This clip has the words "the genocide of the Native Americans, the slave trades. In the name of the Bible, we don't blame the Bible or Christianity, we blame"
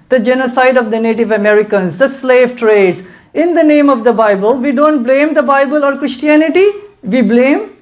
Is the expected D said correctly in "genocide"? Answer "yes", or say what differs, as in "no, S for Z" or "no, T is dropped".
yes